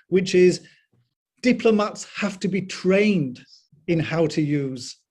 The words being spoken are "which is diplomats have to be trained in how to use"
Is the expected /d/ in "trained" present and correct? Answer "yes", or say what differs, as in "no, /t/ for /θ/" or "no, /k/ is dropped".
yes